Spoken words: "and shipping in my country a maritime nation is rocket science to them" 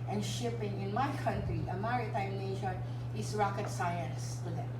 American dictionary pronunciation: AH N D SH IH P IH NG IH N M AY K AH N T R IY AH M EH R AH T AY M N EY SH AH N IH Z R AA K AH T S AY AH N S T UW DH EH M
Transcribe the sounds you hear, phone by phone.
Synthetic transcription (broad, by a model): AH N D SH IH P IH NG IH N M AY K AH N T R IY AH M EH R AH T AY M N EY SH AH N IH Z R AA K AH T S AY AH N S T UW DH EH